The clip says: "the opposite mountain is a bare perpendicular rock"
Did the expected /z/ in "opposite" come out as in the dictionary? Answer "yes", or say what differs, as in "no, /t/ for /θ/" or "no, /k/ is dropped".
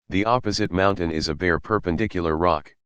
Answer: yes